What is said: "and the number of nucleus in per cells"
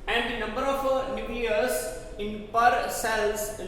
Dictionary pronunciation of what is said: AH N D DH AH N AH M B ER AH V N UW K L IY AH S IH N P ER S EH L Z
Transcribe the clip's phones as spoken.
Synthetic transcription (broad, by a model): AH N D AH N AH M B ER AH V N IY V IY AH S IH N P ER S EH L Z